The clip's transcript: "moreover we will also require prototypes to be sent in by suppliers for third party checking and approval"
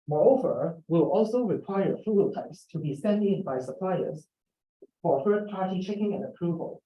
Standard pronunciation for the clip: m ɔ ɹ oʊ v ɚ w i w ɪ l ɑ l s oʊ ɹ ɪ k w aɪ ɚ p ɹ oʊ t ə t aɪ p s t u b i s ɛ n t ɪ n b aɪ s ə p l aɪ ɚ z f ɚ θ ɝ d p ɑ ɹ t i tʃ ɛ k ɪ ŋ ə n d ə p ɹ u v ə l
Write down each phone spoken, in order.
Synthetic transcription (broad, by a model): m ɔ ɹ oʊ v ɚ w w ɪ l ɑ l s oʊ ɹ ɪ k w aɪ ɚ ɹ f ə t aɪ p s t u b i s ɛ n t ɪ n b aɪ s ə p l aɪ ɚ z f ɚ f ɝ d p ɑ ɹ t i tʃ ɛ k ɪ ŋ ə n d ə p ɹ u v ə l